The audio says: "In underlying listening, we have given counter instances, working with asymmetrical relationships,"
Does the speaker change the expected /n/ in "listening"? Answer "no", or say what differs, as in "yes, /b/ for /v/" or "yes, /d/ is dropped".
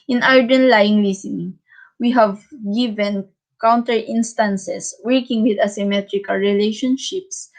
yes, /n/ is dropped